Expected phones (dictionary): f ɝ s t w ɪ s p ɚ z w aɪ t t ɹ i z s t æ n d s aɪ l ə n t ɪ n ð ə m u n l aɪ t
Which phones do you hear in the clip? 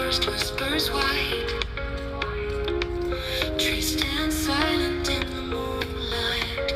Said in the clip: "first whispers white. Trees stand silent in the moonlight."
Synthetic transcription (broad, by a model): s t w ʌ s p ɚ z w aɪ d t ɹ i s t æ n d s aɪ l ə n t ɪ n ð ə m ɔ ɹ l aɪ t